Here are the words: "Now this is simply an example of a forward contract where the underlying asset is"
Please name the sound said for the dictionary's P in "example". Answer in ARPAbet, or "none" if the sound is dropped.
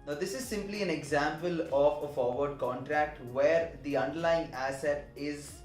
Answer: P